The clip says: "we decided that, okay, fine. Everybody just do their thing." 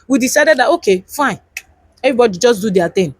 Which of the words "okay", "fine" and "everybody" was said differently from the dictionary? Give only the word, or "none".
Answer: everybody